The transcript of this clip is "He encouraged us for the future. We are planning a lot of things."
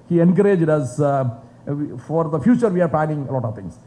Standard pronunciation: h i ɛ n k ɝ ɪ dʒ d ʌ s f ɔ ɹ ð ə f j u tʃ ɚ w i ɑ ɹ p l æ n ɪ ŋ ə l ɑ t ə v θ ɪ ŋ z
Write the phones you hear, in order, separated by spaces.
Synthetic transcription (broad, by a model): h i ɛ n k ɝ ɪ dʒ d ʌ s f ɔ ɹ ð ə f j u tʃ ɚ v i ɑ ɹ p l æ n ɪ ŋ ə l ɑ t ə v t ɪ ŋ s